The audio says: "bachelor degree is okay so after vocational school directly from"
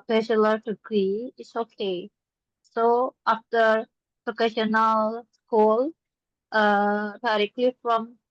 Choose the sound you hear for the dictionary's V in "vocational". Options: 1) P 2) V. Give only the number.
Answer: 1